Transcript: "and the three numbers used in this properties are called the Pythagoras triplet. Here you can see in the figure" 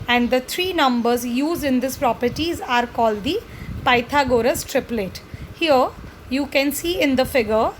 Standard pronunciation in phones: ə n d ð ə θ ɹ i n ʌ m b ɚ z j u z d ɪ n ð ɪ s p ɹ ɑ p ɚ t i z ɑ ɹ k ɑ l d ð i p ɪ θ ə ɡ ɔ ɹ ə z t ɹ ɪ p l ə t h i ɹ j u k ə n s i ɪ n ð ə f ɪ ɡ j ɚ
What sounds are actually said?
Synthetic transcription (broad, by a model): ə n d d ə t ɹ i n ʌ m b ɚ z j u z d ɪ n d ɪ s p ɹ ɑ p ɚ t i z ɑ ɹ k ɑ l d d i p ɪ t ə ɡ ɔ ɹ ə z t ɹ ɪ p l ə t h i ɹ j u k ə n s i ɪ n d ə f ɪ ɡ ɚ